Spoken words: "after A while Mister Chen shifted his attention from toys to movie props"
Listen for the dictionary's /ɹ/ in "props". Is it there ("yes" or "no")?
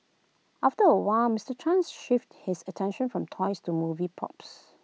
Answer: no